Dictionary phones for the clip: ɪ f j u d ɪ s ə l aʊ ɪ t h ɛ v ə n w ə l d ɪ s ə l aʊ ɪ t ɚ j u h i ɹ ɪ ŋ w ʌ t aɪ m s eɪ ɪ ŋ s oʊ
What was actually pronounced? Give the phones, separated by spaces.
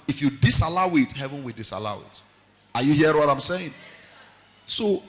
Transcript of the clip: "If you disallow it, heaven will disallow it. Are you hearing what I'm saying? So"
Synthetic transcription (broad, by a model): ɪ f j u d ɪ s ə l aʊ ɪ t h ɛ v ə n w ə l d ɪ s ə l aʊ ɪ t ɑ j u h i ɪ w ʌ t aɪ m s eɪ ɪ ŋ s oʊ